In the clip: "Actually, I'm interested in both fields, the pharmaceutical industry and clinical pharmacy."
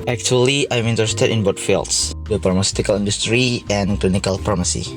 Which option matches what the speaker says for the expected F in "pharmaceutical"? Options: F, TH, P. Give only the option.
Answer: P